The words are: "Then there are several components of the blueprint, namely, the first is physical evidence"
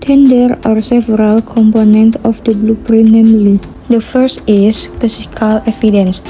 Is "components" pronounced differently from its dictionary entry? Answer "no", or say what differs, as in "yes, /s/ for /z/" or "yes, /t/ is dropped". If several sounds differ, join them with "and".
yes, /s/ is dropped